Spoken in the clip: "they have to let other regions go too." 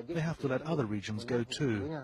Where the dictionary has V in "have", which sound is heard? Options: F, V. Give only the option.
F